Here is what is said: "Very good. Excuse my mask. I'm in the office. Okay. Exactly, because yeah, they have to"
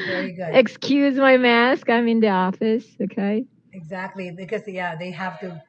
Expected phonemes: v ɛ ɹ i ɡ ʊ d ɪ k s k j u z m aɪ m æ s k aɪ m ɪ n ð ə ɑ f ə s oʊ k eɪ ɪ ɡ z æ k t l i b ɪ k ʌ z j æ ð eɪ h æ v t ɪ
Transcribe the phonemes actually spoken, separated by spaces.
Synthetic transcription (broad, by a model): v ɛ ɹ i ɡ ʊ d ɪ k s k j u z m aɪ m æ s k aɪ m ɪ n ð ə ɑ f ə s oʊ k eɪ ɪ ɡ z æ k t l i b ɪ k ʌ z j æ ð eɪ h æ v t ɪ